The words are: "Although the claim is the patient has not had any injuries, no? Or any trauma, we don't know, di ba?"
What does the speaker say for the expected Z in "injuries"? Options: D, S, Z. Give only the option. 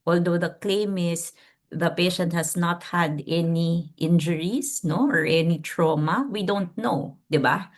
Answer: S